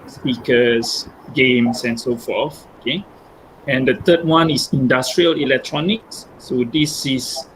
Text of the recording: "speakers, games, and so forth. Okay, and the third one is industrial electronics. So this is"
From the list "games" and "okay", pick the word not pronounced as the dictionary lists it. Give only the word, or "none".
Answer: games